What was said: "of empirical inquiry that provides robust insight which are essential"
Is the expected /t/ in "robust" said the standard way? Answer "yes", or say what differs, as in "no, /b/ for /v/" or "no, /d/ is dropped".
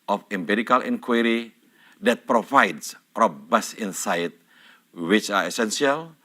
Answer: no, /t/ is dropped